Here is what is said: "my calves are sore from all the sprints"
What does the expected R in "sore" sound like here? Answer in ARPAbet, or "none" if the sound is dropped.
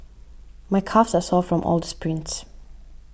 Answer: L